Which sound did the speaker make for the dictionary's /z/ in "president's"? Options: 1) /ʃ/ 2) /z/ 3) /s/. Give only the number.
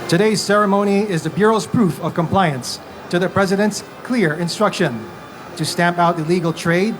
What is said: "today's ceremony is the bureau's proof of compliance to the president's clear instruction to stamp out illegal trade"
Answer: 2